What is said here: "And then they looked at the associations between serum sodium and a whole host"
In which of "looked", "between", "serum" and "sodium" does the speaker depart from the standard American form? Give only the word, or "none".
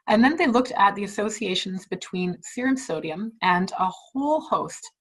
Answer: none